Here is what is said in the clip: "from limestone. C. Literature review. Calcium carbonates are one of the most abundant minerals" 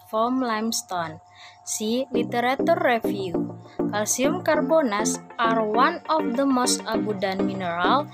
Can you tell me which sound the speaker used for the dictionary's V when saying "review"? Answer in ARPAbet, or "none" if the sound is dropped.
F